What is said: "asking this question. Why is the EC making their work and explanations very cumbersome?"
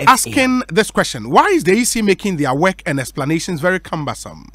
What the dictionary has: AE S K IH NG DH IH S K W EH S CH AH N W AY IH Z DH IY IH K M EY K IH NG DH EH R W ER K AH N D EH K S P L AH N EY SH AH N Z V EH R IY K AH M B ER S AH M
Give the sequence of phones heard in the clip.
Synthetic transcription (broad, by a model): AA S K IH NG DH IH S K W EH S CH AH N W AY IH Z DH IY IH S M EY K IH NG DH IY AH W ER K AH N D EH K S P L AH N EY SH AH N Z V EH R IY K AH M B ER S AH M